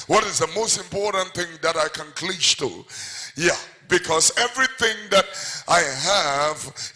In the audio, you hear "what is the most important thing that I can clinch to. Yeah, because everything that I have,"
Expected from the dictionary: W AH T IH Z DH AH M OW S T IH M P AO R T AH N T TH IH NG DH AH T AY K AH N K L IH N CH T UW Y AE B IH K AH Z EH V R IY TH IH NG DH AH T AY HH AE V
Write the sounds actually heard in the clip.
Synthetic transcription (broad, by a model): W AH T IH Z DH AH M OW S T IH M P AO R T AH N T TH IH NG DH AH T AY K AH N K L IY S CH T UW Y AE B IH K AH Z EH V R IY TH IH NG DH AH T AY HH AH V